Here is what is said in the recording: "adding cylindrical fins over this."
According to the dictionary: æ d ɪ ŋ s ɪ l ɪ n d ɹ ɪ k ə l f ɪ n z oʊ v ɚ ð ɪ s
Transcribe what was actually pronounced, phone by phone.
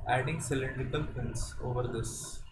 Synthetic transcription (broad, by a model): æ d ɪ ŋ s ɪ l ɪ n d ɪ k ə l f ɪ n s oʊ v ɚ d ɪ s